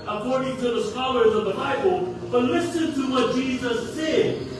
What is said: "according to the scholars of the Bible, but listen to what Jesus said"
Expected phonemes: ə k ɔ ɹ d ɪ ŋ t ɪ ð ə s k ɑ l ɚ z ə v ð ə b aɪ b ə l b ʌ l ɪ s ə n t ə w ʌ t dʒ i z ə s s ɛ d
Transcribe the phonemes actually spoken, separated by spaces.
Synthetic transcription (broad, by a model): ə k ɔ ɹ d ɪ ŋ t ɪ ð ə s k ɑ l ɚ z ə v ð ə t aɪ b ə l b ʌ l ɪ s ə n t ə w ʌ t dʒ i z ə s s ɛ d